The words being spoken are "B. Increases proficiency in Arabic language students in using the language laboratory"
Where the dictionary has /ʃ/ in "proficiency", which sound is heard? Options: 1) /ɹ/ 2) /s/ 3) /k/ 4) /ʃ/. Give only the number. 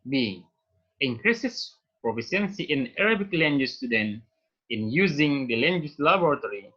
2